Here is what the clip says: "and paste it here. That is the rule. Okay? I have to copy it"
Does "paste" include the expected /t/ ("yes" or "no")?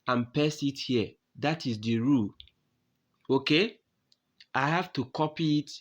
no